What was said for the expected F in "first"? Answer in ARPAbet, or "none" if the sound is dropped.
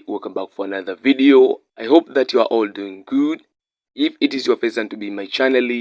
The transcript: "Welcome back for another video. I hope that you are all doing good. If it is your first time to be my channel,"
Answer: P